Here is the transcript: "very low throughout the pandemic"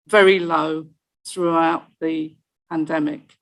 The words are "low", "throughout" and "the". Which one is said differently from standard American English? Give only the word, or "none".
none